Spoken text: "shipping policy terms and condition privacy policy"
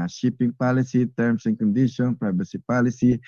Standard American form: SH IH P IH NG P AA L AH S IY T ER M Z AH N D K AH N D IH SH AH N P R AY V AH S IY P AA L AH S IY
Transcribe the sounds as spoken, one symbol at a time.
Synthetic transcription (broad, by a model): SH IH P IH NG P AA L AH S IY T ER M S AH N K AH N D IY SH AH N P R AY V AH S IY P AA L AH S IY